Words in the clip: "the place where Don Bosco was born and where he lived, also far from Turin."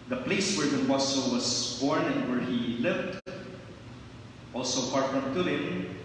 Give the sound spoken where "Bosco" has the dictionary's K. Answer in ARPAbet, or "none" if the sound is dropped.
none